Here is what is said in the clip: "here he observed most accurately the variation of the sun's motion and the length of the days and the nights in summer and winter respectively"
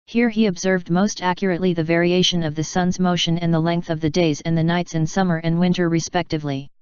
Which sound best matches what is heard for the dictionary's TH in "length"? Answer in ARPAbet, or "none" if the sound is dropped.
TH